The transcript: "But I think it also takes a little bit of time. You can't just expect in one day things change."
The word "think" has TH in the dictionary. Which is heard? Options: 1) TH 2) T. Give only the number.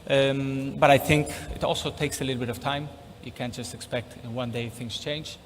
1